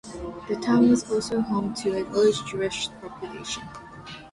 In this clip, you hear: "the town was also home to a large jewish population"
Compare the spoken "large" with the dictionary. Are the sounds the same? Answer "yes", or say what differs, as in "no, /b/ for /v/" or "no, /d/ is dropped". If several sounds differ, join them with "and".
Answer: no, /n/ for /l/